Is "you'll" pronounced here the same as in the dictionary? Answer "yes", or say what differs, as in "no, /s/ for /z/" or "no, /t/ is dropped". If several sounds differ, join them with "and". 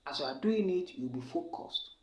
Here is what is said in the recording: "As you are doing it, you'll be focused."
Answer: no, /w/ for /l/